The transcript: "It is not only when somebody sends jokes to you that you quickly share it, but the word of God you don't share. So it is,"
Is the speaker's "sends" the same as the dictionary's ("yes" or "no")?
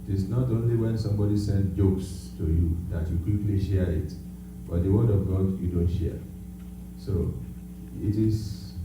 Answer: no